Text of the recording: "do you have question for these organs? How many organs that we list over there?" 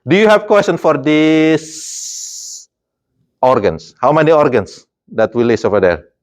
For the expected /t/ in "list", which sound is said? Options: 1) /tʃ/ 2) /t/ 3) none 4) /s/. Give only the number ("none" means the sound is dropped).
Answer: 3